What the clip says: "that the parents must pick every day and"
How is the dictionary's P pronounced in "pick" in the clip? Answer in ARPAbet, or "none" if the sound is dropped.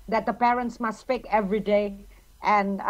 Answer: F